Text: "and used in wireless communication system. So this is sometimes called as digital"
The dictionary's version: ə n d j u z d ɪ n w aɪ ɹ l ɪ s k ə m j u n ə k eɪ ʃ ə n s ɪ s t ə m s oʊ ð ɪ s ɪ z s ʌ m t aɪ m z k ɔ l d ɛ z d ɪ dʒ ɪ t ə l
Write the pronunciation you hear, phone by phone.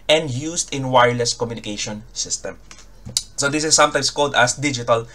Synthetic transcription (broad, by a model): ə n d j u s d ɪ n w aɪ ɹ l ɪ s k ə m j u n ə k eɪ ʃ ə n s ɪ s t ə m s oʊ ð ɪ s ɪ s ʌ m t aɪ m s k ɔ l d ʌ s d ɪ dʒ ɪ t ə l